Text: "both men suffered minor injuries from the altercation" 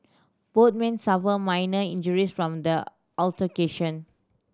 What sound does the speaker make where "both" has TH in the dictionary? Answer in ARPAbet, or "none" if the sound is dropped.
T